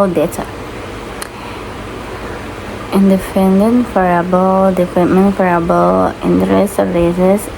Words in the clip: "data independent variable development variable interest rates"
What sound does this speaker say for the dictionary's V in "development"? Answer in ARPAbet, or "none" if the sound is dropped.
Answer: F